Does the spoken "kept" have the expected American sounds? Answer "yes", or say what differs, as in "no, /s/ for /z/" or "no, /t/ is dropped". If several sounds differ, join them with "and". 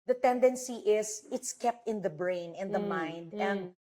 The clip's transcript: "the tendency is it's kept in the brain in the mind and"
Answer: yes